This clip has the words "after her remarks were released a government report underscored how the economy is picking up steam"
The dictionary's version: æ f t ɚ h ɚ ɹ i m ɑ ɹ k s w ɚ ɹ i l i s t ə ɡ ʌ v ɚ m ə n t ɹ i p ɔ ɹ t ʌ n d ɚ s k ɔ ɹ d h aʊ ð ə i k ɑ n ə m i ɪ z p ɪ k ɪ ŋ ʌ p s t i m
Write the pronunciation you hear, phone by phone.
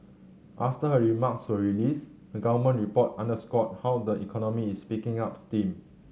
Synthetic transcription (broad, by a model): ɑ f t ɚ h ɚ ɹ i m ɑ k s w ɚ ɹ i l i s ə ɡ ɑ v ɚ m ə n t ɹ i p ɔ t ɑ n d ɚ s k ɔ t h aʊ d ə i k ɑ n ə m i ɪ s p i k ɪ ŋ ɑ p s t i m